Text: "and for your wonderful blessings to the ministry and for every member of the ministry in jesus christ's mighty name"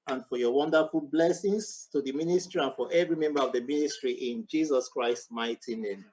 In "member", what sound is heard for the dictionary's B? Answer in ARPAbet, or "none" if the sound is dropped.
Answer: B